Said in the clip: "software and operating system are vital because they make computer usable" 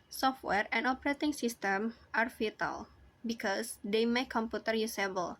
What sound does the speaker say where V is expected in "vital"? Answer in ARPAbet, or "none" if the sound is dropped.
F